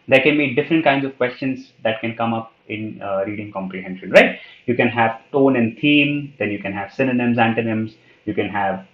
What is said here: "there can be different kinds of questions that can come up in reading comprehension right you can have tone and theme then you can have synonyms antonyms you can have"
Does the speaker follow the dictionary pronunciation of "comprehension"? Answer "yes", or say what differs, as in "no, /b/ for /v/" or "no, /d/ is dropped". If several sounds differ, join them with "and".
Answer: yes